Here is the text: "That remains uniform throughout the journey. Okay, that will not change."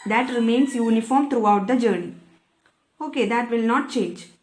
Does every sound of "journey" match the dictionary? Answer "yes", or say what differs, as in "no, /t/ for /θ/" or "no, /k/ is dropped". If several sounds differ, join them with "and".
yes